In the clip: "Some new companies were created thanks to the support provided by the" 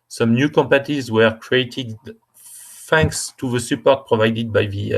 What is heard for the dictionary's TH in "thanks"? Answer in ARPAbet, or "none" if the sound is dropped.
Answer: F